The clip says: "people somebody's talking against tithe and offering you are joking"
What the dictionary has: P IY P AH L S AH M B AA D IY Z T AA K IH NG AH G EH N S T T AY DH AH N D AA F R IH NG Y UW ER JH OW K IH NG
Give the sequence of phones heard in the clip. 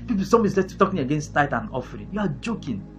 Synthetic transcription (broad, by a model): P IY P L S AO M AA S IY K T AA K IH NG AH G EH N S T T AY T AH N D AA F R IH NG Y UW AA JH OW K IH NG